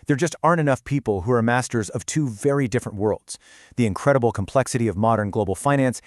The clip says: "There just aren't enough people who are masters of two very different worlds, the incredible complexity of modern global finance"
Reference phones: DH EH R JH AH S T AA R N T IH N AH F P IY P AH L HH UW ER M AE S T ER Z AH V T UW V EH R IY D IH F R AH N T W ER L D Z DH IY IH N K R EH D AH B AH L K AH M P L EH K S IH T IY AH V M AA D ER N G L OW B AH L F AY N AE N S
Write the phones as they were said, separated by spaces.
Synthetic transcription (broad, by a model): DH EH R JH AH S T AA R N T IH N AH F P IY P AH L HH UW ER M AE S T ER Z AH V T UW V EH R IY D IH F R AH N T W ER L D Z DH IY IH N K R EH D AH B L K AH M P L EH K S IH T IY AH V M AA D ER N G L OW B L F AY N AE N S